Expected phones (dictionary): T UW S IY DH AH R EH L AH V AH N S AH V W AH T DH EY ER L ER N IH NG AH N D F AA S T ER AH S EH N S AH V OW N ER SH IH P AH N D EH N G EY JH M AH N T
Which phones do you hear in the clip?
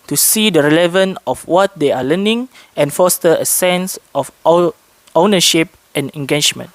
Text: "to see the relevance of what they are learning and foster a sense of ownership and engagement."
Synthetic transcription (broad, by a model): T UW S IY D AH R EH L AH V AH N AH F W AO T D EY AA L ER N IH NG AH N F AA S T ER AH S EH N S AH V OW N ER SH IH P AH N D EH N G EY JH M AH N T